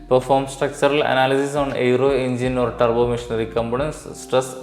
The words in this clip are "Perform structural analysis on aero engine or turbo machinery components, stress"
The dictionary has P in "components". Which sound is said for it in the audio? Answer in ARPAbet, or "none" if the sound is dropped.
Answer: B